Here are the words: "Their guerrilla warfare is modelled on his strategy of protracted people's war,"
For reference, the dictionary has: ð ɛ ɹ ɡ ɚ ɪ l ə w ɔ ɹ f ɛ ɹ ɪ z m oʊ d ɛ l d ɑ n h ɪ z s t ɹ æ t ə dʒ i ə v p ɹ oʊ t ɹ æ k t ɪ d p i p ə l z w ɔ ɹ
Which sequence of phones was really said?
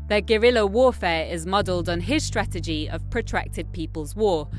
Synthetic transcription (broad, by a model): ð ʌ ɡ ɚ ɪ l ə w ɔ f ɛ ɹ ɪ z m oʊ d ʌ l d n ɪ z s t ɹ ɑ t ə dʒ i ə v p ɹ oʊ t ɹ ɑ k t ɪ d p i p ə l z w ɔ